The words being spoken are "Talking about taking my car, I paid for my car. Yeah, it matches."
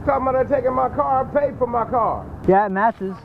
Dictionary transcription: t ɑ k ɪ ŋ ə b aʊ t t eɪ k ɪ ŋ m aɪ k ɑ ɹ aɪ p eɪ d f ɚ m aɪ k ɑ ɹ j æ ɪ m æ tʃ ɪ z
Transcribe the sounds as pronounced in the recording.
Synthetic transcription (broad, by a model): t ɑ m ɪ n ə ɪ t t eɪ k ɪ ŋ m aɪ k ɑ ɹ p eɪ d f ɚ m aɪ k ɑ ɹ j æ m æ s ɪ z